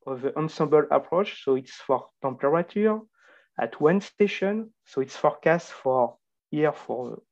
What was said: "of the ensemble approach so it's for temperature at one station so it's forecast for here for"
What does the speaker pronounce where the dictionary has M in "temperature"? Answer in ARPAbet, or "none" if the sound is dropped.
none